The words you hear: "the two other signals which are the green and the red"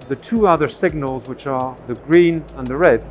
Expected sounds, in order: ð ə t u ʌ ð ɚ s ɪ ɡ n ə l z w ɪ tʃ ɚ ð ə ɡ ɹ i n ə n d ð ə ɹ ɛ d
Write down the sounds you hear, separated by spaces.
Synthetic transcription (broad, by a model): ð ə t u ʌ ð ɚ s ɪ ɡ n ə l z w ɪ tʃ ɚ ð ə ɡ ɹ i n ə n ð ə ɹ ɛ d